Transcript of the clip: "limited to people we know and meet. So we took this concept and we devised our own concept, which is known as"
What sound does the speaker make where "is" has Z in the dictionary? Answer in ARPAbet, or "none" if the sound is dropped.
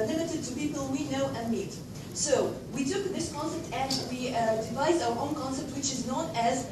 Z